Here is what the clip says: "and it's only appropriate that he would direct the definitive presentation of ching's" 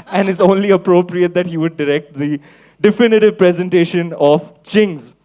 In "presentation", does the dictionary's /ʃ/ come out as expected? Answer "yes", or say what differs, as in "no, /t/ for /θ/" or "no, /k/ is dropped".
yes